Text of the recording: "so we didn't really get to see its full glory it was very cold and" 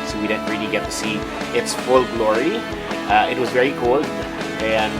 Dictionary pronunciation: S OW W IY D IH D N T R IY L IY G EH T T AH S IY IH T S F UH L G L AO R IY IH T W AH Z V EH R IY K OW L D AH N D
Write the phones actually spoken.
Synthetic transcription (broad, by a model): S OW W IY D IH D N T R IY L IY G EH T T AH S IY IH T S F UH L G L AO R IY IH T W AH Z V EH R IY K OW L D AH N